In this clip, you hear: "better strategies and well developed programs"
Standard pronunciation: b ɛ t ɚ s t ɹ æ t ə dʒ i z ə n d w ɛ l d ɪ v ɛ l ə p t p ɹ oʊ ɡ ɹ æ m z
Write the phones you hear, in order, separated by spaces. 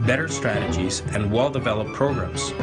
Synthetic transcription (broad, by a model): b ɛ t ɚ s t ɹ æ t ə dʒ i z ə n w ɛ l d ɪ v ɛ l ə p p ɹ oʊ ɡ ɹ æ m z